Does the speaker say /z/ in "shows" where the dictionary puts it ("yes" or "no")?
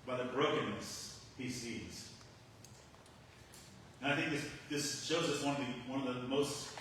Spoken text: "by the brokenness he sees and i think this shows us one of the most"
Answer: yes